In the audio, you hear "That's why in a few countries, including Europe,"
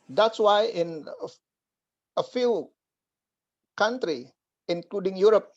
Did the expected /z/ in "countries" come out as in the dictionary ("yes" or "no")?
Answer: no